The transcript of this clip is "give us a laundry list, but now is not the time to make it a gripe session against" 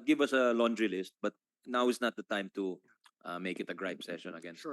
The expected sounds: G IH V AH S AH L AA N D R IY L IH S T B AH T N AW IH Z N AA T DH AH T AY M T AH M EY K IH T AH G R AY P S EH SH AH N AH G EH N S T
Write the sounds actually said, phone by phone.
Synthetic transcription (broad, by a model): G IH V AH S AH L AA N D R IY L IH S T B AH T N AW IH S N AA T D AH T AY M T AH M EY K IH T AH G R AY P S EH SH AH N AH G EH N